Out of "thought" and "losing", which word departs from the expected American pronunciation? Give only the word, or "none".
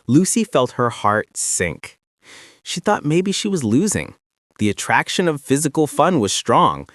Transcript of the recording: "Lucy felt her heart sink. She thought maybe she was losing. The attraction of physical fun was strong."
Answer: none